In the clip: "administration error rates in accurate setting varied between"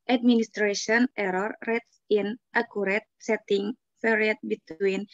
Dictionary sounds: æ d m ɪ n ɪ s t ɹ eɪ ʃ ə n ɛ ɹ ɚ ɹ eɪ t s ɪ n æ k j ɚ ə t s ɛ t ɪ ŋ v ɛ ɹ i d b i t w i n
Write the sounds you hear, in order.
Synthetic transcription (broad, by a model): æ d m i n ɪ s t ɹ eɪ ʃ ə n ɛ ɹ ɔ ɹ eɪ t s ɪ n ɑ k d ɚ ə t s ɛ t ɪ ŋ p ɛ ɹ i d b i t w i n